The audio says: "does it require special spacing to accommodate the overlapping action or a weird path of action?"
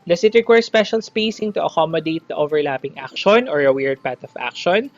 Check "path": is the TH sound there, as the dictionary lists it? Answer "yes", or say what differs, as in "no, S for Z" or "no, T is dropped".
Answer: no, T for TH